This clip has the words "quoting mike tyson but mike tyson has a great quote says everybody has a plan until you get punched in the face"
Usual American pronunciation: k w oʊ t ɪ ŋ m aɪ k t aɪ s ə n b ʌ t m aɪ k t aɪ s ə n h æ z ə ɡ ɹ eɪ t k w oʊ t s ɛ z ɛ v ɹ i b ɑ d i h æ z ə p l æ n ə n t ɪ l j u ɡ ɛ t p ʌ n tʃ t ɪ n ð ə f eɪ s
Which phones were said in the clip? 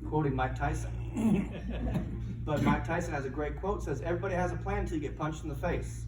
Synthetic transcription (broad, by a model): k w oʊ t ɪ ŋ m aɪ k t aɪ s ə n b ʌ t m aɪ k t aɪ s ə n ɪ z ə ɡ ɹ eɪ t k w oʊ t s ɛ z ɛ v ɹ i b ɑ d i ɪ z ə p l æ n n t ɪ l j ɡ ɛ t p ʌ n tʃ t n ð ə f eɪ s